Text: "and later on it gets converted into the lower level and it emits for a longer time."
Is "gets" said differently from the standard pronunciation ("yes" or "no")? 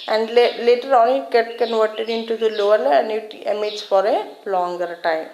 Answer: yes